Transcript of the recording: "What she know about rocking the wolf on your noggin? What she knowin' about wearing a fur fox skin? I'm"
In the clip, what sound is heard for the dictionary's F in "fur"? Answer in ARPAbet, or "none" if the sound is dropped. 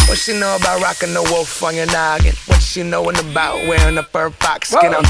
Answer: P